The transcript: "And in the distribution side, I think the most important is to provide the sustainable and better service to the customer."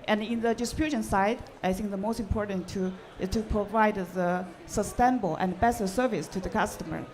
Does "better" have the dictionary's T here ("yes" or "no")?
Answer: no